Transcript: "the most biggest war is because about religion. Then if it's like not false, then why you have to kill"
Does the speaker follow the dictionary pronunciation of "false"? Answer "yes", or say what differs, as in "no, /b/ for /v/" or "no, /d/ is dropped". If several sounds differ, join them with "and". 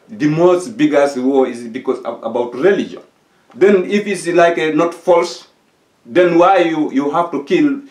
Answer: yes